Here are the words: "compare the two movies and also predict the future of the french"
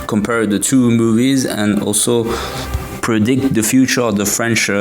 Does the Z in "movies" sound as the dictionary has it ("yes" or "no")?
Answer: yes